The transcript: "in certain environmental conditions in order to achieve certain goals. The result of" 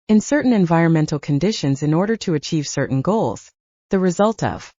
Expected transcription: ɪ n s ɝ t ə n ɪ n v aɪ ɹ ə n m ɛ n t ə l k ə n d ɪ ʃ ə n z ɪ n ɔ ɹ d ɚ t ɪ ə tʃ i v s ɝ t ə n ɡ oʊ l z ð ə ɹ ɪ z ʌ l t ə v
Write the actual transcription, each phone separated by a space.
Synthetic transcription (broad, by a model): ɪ n s ɝ t n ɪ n v aɪ ɹ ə n m ɛ n t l k ə n d ɪ ʃ ə n z ɪ n ɔ ɹ d ɚ t ɪ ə tʃ i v s ɝ t n ɡ oʊ l z ð ə ɹ ɪ z ʌ l t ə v